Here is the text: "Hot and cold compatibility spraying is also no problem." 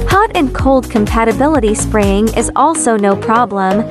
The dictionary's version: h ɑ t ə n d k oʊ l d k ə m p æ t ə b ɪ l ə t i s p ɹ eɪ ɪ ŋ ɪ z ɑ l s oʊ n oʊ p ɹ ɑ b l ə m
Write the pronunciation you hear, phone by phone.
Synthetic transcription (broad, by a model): h ɑ t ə n k oʊ l d k ə m p æ t ə b ɪ l ə t i s p ɹ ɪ ɪ ŋ ɪ z ɑ l s oʊ n oʊ p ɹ ɑ b l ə m